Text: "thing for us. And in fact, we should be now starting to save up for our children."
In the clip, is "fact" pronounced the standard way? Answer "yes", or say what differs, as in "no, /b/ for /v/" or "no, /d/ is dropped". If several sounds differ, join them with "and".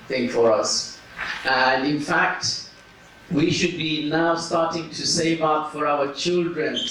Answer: yes